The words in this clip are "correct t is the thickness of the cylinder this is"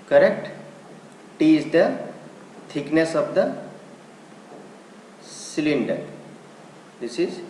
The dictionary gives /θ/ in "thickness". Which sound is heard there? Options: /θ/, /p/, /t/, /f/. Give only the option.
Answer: /t/